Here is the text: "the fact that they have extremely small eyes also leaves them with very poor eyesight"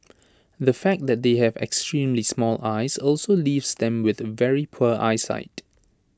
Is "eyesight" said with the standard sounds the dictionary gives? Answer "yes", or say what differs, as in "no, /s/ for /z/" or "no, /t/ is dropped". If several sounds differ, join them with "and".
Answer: yes